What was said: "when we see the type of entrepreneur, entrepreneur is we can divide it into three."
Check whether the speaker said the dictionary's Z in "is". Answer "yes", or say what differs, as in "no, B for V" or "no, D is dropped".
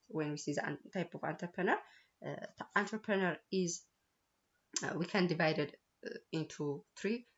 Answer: yes